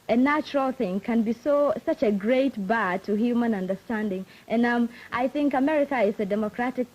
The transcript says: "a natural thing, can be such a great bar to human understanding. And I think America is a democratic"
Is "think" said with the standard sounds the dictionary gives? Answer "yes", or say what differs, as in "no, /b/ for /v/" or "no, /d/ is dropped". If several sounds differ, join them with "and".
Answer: yes